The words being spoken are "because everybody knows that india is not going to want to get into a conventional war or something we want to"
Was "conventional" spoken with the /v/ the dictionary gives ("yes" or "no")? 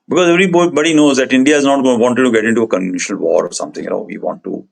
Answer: no